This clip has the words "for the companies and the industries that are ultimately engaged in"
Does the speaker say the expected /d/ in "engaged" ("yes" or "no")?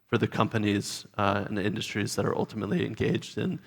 yes